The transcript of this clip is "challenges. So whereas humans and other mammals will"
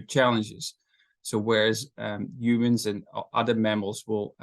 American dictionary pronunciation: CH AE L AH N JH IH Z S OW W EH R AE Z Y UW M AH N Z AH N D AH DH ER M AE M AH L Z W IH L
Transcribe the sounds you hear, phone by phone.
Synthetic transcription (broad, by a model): CH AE L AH N JH IH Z S OW W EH R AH Z Y UW M AH N Z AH N AH DH ER M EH M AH L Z W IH L